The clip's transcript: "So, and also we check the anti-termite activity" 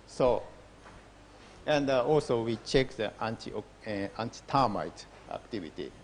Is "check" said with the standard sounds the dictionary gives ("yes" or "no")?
yes